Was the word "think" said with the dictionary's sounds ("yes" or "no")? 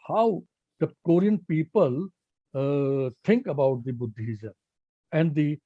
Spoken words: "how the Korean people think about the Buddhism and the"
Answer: no